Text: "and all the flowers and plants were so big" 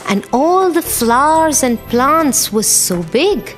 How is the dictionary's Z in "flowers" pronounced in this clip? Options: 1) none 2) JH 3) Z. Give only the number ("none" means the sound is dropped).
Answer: 3